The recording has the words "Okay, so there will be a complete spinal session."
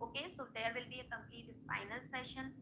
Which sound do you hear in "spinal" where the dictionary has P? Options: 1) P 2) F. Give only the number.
2